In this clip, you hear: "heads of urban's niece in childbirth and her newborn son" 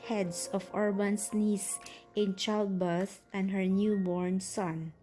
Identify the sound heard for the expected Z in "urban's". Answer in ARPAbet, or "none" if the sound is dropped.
S